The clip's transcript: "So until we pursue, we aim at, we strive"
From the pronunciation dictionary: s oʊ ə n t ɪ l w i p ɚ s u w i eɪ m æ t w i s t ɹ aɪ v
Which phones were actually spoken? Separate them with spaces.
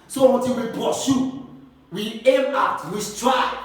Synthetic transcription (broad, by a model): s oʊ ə t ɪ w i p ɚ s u w i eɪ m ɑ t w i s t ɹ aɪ